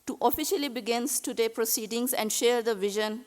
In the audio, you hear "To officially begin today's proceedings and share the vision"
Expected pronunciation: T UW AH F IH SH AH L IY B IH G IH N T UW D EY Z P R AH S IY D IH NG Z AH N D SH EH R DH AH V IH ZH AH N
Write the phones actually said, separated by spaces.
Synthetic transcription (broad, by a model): T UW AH F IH SH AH L IY B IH G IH N T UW D EY P R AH S IY D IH NG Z AH N D SH EH R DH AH V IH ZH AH N